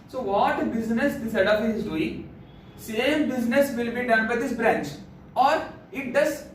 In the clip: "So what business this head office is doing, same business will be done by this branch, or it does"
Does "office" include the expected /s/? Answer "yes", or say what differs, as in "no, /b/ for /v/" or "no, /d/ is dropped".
no, /s/ is dropped